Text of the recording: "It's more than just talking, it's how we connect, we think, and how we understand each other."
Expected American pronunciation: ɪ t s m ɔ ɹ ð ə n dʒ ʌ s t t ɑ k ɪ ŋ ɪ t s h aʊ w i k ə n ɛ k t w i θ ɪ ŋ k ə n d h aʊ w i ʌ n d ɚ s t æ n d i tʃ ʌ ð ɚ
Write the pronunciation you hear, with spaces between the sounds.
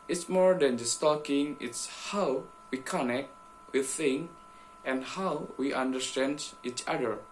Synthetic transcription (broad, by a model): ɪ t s m ɔ ɹ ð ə n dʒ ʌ s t t ɑ k ɪ ŋ ɪ t s h aʊ w i k ə n ɛ k t w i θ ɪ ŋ ə n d h aʊ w i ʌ n d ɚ s t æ n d i tʃ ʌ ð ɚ